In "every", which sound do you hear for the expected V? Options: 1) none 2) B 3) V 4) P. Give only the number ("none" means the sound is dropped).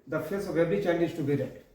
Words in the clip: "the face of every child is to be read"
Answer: 2